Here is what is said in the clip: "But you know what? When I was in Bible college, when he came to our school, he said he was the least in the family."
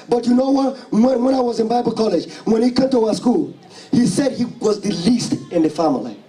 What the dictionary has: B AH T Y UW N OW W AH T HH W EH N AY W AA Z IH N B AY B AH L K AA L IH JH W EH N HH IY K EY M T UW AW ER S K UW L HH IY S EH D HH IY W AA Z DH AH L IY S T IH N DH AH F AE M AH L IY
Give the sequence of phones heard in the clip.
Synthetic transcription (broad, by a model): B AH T Y UW N OW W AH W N W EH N AY W AA Z IH N B AY B AH L K AA L IH JH W EH N HH IY K EY M T UW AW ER S K UW L HH IY S EH D HH IY W AA Z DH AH L IY S T IH N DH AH F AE M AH L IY